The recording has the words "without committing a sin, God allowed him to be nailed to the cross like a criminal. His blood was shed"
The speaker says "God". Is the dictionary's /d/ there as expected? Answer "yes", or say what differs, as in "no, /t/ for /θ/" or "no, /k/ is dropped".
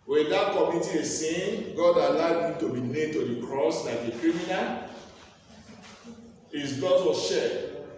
yes